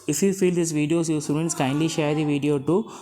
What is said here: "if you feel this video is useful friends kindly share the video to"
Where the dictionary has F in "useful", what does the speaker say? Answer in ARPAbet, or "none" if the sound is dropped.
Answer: none